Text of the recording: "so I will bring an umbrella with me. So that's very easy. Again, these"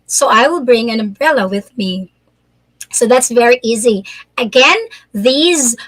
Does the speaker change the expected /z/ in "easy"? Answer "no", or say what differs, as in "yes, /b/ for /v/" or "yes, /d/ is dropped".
no